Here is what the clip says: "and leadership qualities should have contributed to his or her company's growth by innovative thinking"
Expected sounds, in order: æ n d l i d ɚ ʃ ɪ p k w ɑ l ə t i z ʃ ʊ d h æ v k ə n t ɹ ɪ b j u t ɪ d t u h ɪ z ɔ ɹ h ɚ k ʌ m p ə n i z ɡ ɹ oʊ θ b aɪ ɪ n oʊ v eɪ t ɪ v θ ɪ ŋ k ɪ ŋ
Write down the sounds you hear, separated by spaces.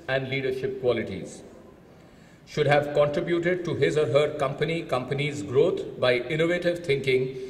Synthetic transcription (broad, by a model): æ n d l i d ɚ ʃ ɪ p k w ɑ l ə t i z ʃ ʊ d h æ v k ə n t ɹ ɪ b j u t ɪ d t u h ɪ z ɔ ɹ h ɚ k ʌ m p ə n i z ɡ ɹ oʊ t b aɪ ɪ n oʊ v eɪ t ɪ v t ɪ ŋ k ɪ ŋ